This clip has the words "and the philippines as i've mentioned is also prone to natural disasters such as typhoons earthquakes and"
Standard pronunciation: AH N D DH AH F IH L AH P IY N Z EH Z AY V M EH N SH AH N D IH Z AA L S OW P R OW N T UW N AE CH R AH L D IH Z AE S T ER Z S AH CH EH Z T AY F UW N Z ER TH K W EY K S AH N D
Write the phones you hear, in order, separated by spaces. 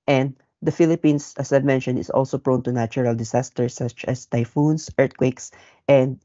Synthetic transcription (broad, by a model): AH N D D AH F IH L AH P IY N S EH S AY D M EH N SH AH N IH S AA L S OW P R OW N T UW N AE CH R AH L D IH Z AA S T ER S AH CH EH S T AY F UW N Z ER T K W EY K S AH N D